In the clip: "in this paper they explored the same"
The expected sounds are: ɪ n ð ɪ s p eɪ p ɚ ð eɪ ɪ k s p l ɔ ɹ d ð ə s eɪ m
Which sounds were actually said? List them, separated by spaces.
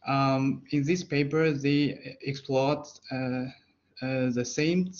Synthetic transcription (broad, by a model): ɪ n ð ɪ s p eɪ p ɚ ð eɪ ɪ k s p l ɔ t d ð ə s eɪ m